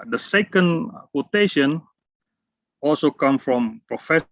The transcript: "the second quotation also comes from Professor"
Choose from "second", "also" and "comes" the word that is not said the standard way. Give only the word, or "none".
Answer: comes